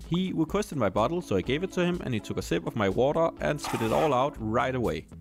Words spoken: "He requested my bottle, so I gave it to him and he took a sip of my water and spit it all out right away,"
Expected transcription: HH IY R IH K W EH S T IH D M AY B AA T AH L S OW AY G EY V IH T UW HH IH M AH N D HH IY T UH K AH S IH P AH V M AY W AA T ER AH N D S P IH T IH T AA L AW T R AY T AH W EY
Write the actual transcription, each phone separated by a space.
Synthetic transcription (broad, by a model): HH IY W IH K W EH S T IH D M AY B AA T L S OW AY G EY V IH T UW HH IH M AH N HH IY T UH K AH S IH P AH V M AY W AA T ER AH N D S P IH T IH T AA L AW T R AY T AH W EY